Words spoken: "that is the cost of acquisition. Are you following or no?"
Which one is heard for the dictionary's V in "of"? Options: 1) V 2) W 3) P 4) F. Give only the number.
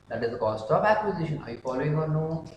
3